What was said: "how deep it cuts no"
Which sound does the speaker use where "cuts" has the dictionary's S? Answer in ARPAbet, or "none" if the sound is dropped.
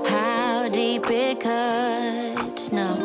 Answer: none